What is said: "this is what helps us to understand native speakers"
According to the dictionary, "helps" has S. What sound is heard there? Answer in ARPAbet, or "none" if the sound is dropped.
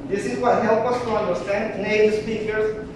none